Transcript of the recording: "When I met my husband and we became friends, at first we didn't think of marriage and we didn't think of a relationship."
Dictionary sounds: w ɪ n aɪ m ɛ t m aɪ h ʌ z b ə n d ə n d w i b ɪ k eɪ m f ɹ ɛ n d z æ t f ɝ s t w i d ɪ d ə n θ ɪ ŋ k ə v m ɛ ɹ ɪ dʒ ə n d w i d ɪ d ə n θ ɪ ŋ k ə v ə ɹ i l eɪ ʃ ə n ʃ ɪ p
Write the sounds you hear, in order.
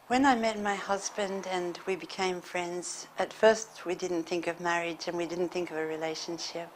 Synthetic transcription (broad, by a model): w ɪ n aɪ m ɛ t m aɪ h ʌ z b ə n d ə n w i b ɪ k eɪ m f ɹ ɛ n d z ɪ t f ɝ s t w i d ɪ d n θ ɪ ŋ k ə v m ɛ ɹ ɪ dʒ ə n w i d ɪ d n θ ɪ ŋ k ə v ə ɹ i l eɪ ʃ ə n ʃ ɪ p